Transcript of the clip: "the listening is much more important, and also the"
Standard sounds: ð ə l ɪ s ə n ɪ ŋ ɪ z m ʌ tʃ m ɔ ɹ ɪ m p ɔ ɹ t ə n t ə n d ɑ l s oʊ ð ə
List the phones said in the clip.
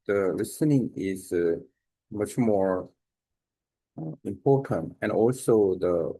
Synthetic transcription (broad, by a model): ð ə l ɪ s ə n ɪ ŋ ɪ z m ʌ tʃ m ɔ ɹ ɪ m p ɔ ɹ t ə n t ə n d ɑ l s oʊ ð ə